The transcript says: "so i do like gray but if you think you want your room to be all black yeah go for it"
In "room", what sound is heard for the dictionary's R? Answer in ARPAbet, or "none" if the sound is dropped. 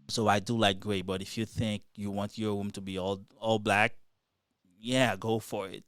W